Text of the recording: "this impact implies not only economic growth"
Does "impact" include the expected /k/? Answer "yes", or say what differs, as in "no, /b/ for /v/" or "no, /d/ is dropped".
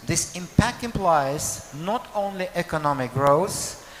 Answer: yes